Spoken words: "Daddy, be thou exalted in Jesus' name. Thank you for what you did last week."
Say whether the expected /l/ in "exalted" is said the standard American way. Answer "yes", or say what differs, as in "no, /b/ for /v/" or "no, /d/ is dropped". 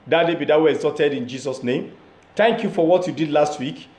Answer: no, /l/ is dropped